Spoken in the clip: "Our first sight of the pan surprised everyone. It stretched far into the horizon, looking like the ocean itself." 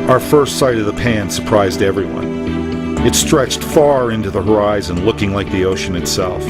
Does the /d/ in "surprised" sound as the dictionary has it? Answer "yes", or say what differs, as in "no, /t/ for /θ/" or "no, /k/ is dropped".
yes